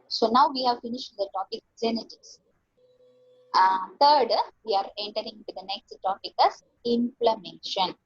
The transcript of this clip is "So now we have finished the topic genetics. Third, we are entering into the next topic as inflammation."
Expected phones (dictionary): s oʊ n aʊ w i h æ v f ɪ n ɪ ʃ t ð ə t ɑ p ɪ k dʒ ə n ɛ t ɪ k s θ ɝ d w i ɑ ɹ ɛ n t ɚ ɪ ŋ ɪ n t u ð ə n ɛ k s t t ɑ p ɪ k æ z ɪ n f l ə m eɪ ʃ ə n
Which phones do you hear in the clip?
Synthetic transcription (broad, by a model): s oʊ n aʊ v i h æ v f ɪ n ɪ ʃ t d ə t ɑ p ɪ k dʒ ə n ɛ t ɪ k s t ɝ d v i ɑ ɹ ɛ n t ɚ ɪ ŋ ɪ n t u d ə n ɛ k s t t ɑ p ɪ k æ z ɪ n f l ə m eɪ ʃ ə n